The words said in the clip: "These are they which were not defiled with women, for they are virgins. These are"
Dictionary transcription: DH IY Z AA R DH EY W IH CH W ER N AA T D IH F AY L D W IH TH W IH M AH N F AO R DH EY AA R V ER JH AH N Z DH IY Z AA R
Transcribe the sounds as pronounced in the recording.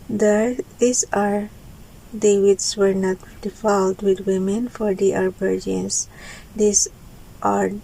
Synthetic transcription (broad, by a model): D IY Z AA R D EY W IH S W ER N AA T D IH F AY L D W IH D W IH M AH N F AO R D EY AA R B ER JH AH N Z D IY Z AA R